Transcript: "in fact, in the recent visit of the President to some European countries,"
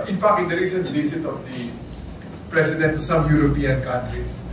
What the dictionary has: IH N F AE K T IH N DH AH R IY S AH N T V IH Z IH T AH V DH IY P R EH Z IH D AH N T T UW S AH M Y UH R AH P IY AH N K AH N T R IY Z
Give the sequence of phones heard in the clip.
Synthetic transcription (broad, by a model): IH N F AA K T IH N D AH R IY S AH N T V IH S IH T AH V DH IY P R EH S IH D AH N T T UW S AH M Y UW R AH P IY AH N K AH N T R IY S